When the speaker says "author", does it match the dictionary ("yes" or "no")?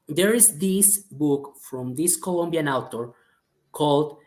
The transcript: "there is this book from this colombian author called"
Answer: no